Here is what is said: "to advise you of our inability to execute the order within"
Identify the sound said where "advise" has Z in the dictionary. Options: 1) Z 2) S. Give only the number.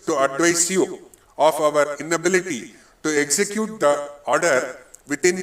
2